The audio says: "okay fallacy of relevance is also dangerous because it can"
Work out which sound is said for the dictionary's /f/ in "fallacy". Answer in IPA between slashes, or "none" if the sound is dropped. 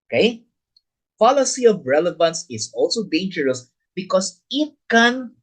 /p/